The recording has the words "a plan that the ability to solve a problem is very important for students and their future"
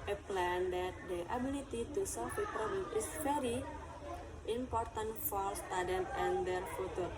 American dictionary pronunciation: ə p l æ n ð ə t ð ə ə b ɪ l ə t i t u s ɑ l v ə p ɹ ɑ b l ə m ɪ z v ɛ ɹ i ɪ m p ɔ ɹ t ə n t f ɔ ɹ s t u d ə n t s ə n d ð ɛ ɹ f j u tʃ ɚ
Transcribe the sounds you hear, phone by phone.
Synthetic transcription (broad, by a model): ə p l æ n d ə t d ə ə b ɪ l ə t i t u s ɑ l f ə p ɹ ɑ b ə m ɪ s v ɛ ɹ i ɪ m p ɔ ɹ t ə n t f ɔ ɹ s t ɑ d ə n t ə n d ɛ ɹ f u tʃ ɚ